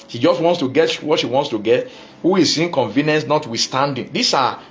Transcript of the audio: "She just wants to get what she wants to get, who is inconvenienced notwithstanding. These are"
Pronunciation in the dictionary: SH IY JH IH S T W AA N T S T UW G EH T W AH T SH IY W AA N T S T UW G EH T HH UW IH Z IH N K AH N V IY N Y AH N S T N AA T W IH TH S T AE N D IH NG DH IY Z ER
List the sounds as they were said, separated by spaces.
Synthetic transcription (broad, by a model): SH IY JH IH S T W AA N T S T UW G EH T W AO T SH IY W AA N T S T UW G EH T HH UW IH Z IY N K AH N V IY N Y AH N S N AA T W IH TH S T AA N D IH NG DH IY S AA